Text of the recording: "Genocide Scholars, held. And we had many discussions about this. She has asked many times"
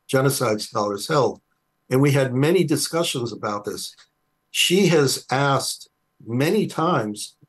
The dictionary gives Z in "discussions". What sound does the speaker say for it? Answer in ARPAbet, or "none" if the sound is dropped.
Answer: Z